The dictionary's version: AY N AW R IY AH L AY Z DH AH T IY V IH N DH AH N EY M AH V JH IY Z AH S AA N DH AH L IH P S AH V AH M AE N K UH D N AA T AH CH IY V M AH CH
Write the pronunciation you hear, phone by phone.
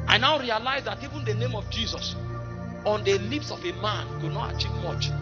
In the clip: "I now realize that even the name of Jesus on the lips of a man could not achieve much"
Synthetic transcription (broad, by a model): AY N AW R IY AH L AY Z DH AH T IY V IH N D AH N EY M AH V JH IY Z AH S AA N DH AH L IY P S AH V AH M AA N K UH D N AA T AH CH IY V M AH CH